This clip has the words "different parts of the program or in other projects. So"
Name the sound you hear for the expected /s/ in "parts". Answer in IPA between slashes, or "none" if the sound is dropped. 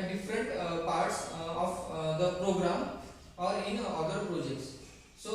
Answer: /s/